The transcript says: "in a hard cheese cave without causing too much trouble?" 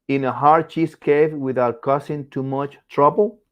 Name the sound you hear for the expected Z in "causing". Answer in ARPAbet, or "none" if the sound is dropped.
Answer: S